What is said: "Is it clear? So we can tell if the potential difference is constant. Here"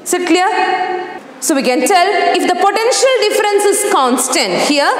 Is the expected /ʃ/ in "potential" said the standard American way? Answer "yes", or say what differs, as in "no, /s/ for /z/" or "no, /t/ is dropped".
yes